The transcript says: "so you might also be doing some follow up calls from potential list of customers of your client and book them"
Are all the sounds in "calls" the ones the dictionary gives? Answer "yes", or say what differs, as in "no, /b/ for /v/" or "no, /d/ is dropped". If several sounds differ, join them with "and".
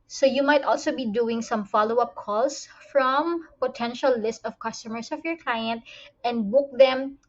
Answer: no, /s/ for /z/